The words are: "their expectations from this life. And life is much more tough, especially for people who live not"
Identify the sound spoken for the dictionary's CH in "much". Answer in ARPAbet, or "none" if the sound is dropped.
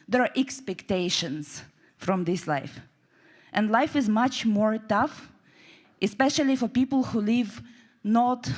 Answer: CH